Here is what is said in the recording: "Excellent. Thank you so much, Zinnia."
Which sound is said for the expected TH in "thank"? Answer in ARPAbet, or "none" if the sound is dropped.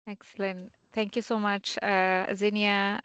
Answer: T